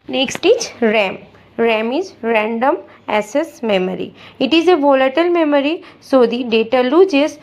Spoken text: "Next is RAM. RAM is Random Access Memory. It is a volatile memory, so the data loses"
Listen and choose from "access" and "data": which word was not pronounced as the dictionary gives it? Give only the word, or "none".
access